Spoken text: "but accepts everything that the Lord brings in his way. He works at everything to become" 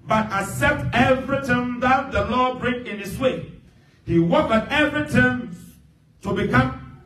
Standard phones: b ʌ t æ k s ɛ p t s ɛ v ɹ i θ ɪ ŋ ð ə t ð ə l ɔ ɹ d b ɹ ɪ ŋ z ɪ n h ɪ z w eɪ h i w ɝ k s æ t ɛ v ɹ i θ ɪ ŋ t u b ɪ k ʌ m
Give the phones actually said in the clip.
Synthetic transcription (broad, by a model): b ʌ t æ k s ɛ p t ɛ v ɹ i t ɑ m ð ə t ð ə l ɔ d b ɹ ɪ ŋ ɪ n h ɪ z w eɪ h i w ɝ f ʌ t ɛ v ɹ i t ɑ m t u b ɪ k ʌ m